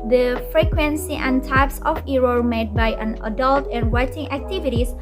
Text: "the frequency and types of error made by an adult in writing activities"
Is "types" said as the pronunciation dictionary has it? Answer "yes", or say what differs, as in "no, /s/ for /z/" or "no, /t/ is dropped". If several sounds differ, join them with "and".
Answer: yes